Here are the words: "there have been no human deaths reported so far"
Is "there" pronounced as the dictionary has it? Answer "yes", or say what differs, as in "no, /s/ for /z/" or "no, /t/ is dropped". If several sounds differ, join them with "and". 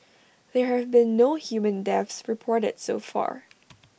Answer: yes